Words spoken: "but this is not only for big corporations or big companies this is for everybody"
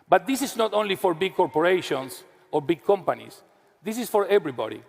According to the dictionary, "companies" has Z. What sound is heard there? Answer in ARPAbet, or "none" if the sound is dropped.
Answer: S